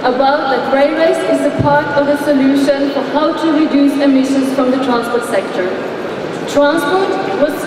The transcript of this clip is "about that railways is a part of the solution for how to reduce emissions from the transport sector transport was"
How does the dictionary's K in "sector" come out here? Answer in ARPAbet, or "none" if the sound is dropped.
K